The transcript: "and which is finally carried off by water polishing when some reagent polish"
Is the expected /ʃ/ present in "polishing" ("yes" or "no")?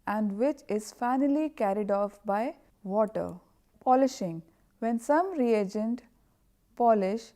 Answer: yes